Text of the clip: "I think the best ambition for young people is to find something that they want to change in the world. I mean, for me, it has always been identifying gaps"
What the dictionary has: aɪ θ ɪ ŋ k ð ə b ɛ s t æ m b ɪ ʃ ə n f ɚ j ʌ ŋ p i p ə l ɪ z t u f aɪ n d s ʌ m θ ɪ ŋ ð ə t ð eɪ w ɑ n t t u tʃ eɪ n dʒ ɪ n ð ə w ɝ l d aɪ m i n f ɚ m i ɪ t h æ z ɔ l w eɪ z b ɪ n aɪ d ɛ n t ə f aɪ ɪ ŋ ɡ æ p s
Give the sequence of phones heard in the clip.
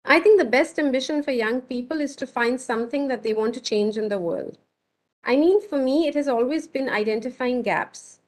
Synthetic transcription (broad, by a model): aɪ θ ɪ ŋ k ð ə b ɛ s t æ m b ɪ ʃ ə n f ɚ j ʌ ŋ p i p ə l ɪ z t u f aɪ n d s ʌ m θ ɪ ŋ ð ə t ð eɪ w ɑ n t t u tʃ eɪ n dʒ ɪ n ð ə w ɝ l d aɪ m i n f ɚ m i ɪ t h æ z ɔ l w eɪ z b ɪ n aɪ d ɛ n t ə f aɪ ɪ ŋ ɡ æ p s